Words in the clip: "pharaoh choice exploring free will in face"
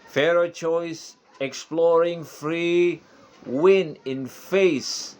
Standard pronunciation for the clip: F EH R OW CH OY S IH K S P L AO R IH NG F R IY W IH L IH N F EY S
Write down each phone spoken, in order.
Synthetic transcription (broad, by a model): F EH R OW CH OY S IH K S P L AO R IH NG F R IY W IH N IH N F EY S